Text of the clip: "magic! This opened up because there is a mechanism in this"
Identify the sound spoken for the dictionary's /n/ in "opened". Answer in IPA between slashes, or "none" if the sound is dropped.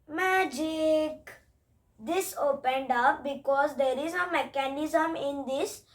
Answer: /n/